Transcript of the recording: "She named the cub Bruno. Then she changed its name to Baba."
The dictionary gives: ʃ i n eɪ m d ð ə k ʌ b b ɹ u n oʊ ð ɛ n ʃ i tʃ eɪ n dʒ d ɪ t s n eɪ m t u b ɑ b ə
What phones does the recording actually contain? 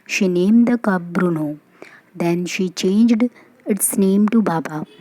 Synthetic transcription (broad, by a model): ʃ i n eɪ m d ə k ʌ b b ɹ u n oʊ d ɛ n ʃ i tʃ eɪ n dʒ d ɪ t s n eɪ m t u b ɑ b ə